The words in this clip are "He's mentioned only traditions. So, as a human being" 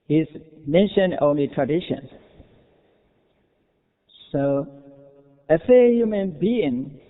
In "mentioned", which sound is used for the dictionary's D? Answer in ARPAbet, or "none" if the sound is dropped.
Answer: none